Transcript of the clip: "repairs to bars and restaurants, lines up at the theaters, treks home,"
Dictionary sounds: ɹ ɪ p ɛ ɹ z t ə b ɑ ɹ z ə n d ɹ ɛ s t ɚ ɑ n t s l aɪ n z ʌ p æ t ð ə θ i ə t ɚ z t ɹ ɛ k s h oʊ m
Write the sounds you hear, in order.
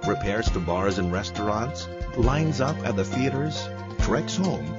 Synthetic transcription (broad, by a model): ɹ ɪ p ɛ ɹ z t ə b ɑ ɹ z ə n ɹ ɛ s t ɚ ɑ n t s l aɪ n z ʌ p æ t ð ə θ i ə t ɚ z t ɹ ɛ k s h oʊ m